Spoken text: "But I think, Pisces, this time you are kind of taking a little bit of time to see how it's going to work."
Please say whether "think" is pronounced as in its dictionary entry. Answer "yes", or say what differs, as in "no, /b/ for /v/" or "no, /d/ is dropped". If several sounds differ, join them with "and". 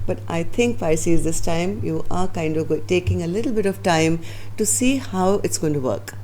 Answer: no, /t/ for /θ/